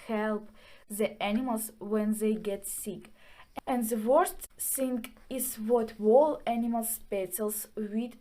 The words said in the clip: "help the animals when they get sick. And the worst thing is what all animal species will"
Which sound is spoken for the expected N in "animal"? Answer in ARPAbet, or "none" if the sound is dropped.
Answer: N